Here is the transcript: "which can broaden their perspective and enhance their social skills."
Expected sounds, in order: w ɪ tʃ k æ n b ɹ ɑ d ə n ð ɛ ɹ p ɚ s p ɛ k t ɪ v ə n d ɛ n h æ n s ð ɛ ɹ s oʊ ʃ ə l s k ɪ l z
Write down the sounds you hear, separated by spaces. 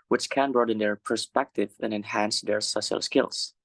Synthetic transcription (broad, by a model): w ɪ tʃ k æ n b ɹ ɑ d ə n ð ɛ ɹ p ɚ s p ɛ k t ɪ v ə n ɛ n h æ n s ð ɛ ɹ s oʊ ʃ ə l s k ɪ l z